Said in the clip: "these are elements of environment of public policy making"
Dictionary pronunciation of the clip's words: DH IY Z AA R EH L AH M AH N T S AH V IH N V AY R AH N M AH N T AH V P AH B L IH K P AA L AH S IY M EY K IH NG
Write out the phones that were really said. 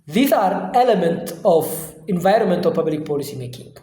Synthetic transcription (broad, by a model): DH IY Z AA R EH L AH M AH N T AH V IH N V AY R AH N M AH N T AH F P AH B L IH K P AA L AH S IY M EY K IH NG